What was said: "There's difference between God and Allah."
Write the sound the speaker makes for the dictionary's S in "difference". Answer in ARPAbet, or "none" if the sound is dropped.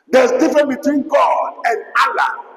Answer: none